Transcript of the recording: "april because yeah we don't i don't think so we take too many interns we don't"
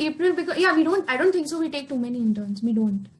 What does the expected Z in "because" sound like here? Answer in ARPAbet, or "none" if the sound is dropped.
none